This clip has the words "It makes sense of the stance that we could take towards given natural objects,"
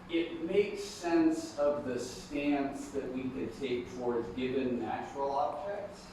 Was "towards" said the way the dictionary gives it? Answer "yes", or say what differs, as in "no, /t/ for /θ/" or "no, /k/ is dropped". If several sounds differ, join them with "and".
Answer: yes